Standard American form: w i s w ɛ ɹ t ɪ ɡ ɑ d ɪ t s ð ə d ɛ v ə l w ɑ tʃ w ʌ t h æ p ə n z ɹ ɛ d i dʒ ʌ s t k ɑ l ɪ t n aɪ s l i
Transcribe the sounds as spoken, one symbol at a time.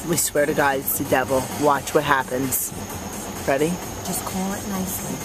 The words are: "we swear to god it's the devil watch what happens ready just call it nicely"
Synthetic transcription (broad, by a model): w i s w ɛ ɹ t ɪ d ɑ ɪ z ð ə d ɛ v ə l w ɑ tʃ w ʌ t h æ p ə n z ɹ ɛ d i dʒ ʌ s k ɑ l ɪ t n aɪ s l i